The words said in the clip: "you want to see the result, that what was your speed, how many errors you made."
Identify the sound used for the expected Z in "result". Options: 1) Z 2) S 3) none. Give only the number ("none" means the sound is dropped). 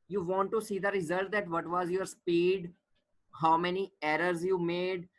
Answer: 1